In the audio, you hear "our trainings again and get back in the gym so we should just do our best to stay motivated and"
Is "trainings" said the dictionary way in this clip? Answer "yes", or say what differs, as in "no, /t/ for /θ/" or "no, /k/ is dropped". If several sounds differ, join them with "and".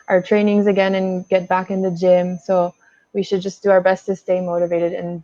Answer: yes